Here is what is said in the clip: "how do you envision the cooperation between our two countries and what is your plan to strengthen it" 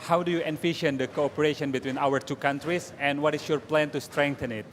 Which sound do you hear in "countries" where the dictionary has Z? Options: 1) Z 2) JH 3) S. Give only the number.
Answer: 3